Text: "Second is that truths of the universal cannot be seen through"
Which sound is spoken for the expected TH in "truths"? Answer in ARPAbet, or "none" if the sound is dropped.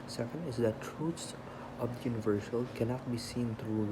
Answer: T